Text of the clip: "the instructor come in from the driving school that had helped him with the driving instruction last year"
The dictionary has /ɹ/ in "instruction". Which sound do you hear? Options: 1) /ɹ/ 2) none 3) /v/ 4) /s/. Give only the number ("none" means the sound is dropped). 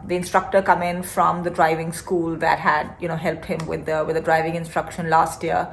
1